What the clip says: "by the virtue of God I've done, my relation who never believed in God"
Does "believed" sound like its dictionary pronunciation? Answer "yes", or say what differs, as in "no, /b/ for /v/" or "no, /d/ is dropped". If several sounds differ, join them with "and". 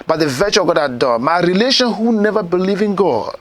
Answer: no, /d/ is dropped